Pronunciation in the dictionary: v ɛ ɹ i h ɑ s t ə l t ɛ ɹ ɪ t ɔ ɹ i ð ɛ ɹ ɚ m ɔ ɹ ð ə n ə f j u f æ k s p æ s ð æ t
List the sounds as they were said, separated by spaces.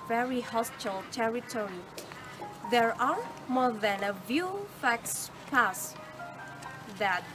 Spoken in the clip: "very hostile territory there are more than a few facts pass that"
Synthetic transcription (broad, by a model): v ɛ ɹ i h ɑ s t ə l t ɛ ɹ ɪ t ɔ ɹ i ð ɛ ɹ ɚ m ɔ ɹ ð ə n ə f j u f æ k s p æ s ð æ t